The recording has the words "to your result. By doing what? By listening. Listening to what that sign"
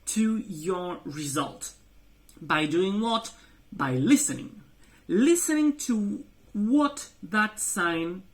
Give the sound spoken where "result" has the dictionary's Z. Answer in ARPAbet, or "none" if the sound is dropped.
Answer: Z